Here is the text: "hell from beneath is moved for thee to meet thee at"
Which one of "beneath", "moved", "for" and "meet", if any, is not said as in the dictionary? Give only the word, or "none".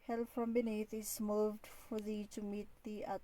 beneath